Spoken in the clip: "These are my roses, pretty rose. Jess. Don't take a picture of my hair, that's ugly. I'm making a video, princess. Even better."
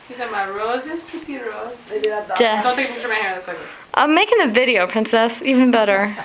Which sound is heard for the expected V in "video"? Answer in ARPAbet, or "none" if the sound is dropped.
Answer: V